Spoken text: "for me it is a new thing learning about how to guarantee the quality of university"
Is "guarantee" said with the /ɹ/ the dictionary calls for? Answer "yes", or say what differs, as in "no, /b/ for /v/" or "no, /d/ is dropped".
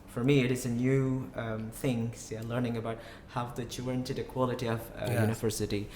no, /ɹ/ is dropped